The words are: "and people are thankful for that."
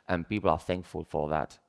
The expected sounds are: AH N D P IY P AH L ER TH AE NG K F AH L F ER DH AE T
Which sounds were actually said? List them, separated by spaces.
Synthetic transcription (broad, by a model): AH N P IY P AH L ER TH AE NG K F AH L F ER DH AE T